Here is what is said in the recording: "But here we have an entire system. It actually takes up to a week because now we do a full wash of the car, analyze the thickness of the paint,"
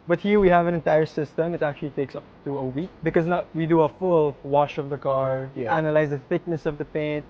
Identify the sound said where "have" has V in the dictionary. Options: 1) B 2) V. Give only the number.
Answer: 2